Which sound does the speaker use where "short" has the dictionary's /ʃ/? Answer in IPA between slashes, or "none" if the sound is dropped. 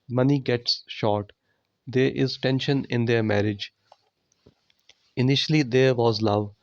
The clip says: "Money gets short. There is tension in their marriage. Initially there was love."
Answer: /ʃ/